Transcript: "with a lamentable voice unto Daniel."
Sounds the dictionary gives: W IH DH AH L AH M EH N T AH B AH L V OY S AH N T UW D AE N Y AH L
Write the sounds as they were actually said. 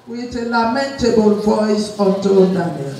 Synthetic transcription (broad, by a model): W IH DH AH L AH M EH N T AH B AH L V OY S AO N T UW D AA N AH